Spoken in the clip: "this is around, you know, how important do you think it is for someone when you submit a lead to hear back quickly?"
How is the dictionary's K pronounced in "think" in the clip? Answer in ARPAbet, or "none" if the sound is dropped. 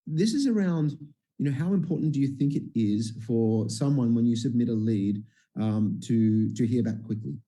K